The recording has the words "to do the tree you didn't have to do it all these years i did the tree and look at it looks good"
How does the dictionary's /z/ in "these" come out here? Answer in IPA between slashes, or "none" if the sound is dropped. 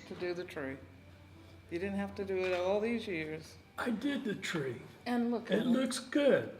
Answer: /z/